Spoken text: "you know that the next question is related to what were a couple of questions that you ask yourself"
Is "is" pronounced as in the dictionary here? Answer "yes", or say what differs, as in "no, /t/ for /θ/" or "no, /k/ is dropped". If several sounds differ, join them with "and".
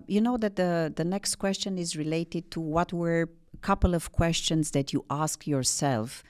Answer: yes